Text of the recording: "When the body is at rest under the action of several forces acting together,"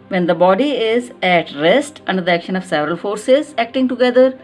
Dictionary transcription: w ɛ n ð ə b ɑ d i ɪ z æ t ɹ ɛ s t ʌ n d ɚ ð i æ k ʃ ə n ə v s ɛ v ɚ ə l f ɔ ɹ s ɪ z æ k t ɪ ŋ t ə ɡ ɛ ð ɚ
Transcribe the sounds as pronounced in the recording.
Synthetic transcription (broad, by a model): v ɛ n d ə b ɑ d i ɪ z æ t ɹ ɛ s t ʌ n d ɚ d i æ k ʃ ə n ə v s ɛ v ɚ ə l f ɔ ɹ s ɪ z æ k t ɪ ŋ t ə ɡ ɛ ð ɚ